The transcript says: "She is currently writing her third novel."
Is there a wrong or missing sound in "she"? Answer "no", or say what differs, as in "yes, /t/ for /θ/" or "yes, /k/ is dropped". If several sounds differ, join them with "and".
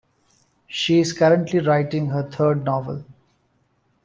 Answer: no